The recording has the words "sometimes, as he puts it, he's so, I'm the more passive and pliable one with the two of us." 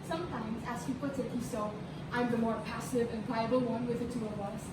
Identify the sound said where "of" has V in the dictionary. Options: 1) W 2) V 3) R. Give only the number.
1